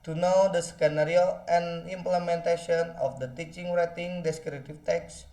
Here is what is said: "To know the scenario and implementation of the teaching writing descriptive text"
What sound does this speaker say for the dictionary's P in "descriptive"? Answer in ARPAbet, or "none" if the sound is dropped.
none